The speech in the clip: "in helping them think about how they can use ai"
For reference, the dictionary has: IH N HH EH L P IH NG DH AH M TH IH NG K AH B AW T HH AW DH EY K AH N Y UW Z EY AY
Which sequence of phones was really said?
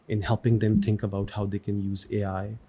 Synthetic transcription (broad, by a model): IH N HH EH L P IH NG DH AH M TH IH NG K AH B AW T HH AW DH EY K AH N Y UW Z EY AY